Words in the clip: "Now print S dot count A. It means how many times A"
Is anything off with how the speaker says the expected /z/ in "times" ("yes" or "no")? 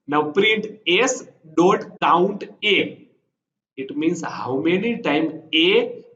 yes